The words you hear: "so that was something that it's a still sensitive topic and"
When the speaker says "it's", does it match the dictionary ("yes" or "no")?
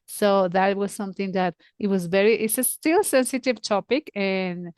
yes